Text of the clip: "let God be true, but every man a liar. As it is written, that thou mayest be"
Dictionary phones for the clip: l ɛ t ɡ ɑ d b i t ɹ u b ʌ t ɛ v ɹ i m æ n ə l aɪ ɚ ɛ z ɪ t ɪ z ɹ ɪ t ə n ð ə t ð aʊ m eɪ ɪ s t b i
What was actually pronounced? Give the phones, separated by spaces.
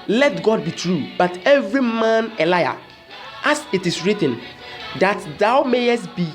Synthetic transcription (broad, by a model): l ɛ t ɡ ɑ d b i t ɹ u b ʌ t ɛ v ɹ i m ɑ n ə l aɪ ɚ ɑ s ɪ t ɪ s ɹ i t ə n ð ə t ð aʊ m eɪ ɪ s t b i